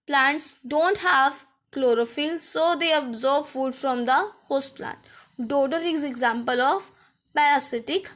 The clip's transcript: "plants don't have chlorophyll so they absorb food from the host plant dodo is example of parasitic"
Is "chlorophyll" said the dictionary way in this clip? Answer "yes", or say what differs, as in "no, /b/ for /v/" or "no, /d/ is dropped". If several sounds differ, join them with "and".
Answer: yes